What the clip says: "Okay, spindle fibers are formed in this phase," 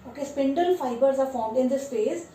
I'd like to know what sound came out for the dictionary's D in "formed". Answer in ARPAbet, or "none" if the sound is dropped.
D